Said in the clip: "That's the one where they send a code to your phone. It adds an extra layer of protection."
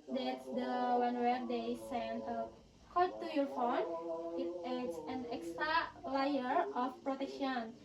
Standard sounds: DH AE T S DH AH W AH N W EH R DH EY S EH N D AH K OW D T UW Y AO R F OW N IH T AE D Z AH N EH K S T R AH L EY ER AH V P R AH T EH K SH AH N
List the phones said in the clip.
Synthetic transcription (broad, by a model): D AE T S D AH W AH N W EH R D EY S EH N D AH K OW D T UW Y AO R F OW N IH T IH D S AH N EH K S T R AH L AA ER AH F P R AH T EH K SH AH N